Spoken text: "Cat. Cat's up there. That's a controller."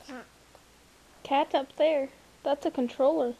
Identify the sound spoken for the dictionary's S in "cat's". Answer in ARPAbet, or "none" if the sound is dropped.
none